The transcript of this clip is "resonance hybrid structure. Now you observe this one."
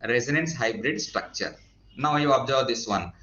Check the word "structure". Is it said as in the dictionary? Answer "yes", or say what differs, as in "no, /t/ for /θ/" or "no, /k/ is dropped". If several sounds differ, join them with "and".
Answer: yes